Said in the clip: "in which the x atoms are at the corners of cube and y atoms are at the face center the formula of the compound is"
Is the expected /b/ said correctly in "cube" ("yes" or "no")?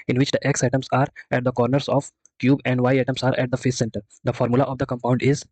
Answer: yes